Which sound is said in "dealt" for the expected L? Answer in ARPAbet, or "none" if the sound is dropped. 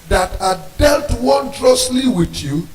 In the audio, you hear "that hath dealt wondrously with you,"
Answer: L